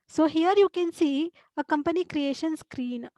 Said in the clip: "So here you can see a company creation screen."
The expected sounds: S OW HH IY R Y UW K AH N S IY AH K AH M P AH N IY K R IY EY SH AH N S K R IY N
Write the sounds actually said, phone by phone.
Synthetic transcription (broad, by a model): S OW HH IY R Y UW K AH N S IY AH K AH M P AH N IY K R IY EY SH AH N S K R IY N